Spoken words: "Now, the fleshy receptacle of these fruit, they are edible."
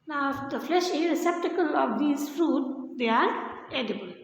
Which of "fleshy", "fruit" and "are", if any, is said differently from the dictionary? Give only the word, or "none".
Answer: none